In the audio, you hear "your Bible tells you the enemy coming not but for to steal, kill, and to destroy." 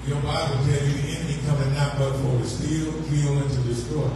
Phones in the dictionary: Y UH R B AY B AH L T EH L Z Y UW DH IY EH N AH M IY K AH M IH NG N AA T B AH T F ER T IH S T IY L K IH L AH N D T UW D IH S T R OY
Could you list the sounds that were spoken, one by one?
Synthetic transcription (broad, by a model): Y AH R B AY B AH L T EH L Y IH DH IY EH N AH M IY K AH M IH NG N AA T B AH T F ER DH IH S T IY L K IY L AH N T UW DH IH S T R